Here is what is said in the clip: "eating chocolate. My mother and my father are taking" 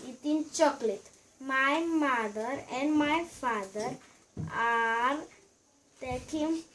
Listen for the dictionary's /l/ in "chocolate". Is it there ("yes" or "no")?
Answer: yes